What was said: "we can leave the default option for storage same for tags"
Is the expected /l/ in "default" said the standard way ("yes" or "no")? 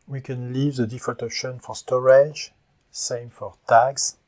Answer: no